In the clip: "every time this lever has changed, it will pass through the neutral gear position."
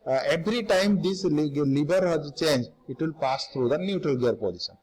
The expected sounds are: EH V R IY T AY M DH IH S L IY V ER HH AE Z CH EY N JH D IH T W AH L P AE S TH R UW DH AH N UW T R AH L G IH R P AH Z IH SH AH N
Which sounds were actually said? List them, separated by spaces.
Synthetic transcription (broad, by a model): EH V R IY T AY M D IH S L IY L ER HH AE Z CH EY N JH IH T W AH L P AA S T R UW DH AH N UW T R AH L G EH R P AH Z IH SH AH N